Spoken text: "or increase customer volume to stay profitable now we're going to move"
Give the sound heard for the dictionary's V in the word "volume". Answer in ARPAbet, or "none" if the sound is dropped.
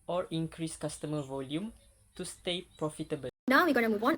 V